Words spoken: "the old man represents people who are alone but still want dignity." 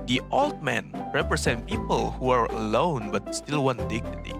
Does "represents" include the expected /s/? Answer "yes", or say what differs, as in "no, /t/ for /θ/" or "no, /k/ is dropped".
no, /s/ is dropped